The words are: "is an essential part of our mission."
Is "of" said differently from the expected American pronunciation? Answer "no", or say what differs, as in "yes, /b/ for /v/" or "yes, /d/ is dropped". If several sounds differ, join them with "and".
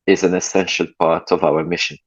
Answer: no